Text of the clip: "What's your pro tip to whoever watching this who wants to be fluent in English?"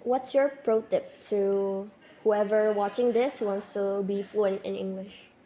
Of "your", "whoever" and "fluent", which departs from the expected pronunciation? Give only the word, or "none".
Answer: none